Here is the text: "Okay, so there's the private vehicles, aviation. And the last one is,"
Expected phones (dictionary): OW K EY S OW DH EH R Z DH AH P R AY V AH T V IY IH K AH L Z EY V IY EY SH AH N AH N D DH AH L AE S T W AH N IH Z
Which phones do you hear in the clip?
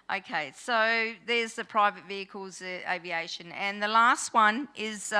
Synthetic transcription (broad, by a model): OW K EY S OW DH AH R Z DH AH P R AY V AH T V IY IH K AH L Z EY V IY EY SH AH N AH N DH AH L AE S T W AH N IH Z